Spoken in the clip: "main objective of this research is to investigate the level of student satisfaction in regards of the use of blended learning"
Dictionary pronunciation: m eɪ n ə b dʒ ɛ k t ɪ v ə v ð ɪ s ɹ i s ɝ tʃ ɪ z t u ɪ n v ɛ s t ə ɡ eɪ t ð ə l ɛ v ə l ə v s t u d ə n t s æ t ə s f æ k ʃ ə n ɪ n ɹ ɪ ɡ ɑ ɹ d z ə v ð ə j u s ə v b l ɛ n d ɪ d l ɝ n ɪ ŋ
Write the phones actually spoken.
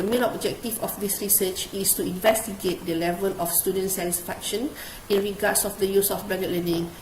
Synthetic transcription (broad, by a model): m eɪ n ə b dʒ ɛ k t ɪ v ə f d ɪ s ɹ i s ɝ tʃ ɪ s t u ɪ n v ɛ s t ə ɡ eɪ t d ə l ɛ v ə l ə f s t u d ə n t s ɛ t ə s f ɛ k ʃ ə n ɪ n ɹ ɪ ɡ ɑ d s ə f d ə j u s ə f b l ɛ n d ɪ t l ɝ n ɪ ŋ